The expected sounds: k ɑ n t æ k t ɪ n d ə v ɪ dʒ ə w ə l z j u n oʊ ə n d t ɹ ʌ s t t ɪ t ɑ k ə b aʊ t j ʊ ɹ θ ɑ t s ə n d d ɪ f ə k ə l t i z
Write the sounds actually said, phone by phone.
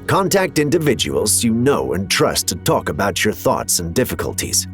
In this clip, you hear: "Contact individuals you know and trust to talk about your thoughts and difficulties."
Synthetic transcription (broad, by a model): k ɑ n t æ k t ɪ n d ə v ɪ dʒ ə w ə l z j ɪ n oʊ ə n t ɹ ʌ s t t ɪ t ɑ k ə b aʊ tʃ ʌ ɹ θ ɑ t s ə n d d ɪ f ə k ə l t i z